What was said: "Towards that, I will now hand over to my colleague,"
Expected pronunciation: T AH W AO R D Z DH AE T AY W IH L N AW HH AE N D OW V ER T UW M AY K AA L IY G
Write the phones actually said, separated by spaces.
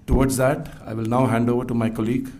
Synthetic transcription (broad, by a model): T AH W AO R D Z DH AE T AY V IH L N AW HH AE N D OW V ER T UW M AY K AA L IY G